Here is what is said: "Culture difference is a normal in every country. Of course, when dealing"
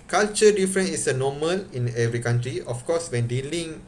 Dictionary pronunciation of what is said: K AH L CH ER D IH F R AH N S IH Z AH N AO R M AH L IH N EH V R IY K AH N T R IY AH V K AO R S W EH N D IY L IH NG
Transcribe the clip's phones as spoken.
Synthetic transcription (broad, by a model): K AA L CH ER D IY F R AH N IH S AH N AO M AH L IH N EH V R IY K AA N T R IY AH F K AO S W EH N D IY L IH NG